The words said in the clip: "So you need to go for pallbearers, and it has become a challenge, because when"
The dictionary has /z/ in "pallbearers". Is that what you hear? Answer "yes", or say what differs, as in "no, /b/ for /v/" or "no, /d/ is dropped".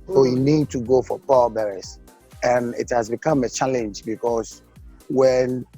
no, /s/ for /z/